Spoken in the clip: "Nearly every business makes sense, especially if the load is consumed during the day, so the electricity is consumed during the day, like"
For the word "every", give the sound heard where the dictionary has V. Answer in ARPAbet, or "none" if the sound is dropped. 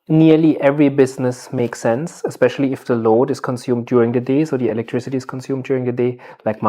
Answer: V